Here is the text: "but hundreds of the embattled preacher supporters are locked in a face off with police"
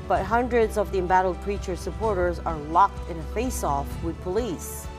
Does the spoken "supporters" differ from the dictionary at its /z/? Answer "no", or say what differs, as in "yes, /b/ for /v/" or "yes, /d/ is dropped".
no